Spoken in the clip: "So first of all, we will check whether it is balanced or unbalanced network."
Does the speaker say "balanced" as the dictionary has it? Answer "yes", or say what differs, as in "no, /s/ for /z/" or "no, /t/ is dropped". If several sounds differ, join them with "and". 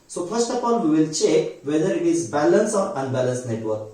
no, /t/ is dropped